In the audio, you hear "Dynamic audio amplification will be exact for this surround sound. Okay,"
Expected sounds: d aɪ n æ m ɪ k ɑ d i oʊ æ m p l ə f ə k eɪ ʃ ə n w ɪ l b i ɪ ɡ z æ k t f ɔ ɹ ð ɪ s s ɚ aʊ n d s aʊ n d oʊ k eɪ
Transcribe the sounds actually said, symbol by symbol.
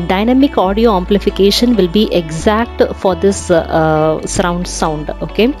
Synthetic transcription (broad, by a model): d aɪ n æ m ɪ k ɑ d i oʊ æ m p l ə f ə k eɪ ʃ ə n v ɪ l b i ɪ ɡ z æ k t f ɔ ɹ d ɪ s s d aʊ n d s aʊ n d oʊ k eɪ